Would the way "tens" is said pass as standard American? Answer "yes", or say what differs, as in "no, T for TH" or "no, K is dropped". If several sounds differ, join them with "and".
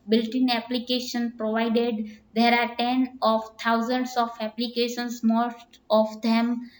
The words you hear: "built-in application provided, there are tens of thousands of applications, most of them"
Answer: no, Z is dropped